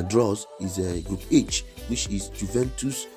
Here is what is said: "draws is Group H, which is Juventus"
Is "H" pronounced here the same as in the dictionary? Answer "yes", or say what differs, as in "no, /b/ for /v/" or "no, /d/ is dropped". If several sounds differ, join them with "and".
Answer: yes